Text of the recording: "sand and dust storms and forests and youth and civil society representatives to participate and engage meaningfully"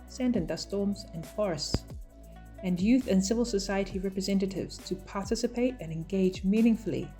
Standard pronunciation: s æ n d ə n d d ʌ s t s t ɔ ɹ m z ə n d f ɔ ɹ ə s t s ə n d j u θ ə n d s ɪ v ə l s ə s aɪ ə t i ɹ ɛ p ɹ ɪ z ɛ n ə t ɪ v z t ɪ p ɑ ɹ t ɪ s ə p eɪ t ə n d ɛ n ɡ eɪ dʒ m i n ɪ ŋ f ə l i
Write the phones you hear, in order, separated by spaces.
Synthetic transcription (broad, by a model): s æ n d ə n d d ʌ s s t ɔ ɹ m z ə n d f ɔ ɹ ə s t s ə n j u θ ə n s ɪ v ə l s ə s aɪ ə t i ɹ ɛ p ɹ ɪ z ɛ n ə t ɪ v z t ɪ p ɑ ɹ t ɪ s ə p eɪ t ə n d ɛ n ɡ eɪ dʒ m i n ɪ ŋ f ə l i